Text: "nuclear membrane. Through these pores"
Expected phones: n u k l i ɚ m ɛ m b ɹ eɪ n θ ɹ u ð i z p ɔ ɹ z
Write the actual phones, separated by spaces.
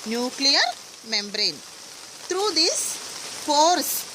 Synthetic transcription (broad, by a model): n u k l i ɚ m ɛ m b ɹ eɪ n t ɹ u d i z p ɔ ɹ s